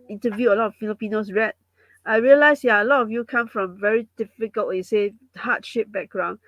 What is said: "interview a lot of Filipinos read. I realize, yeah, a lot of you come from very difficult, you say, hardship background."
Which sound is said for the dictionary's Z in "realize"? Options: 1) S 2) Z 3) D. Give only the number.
1